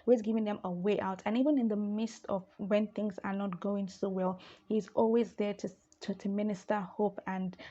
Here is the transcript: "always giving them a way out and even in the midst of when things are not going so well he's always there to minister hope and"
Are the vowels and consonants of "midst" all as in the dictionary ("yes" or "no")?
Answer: yes